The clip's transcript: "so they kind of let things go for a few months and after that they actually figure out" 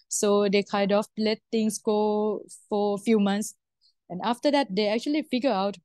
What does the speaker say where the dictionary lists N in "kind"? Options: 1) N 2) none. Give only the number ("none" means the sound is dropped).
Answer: 2